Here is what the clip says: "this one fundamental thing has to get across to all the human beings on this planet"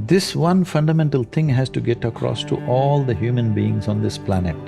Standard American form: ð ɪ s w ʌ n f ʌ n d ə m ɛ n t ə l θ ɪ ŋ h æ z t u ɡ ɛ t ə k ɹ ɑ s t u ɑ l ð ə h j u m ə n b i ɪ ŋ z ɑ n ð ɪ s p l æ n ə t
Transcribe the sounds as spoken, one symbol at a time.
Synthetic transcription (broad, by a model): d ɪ s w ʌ n f ʌ n d ə m ɛ n t ə l t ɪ ŋ h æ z t u ɡ ɛ t ə k ɹ ɑ s t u ɑ l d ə h j u m ə n b i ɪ ŋ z ɑ n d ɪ s p l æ n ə t